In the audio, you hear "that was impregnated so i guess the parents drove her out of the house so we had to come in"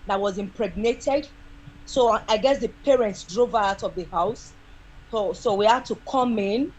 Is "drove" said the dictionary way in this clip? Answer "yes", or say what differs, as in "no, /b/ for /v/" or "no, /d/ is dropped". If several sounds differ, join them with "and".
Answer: yes